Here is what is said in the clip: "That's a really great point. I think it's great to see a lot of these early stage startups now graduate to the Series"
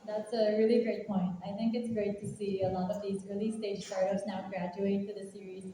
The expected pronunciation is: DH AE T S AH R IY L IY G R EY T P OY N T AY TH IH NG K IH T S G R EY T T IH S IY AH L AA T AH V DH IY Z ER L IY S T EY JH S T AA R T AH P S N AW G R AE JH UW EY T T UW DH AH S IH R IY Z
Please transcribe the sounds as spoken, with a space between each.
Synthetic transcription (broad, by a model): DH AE T S AH R IY L IY G R EY T P OY N T AY TH IH NG K IH T S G R EY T T IH S IY AH L AA T AH V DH IY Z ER L IY S T EY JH S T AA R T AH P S N AW G R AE JH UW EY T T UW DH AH S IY R IY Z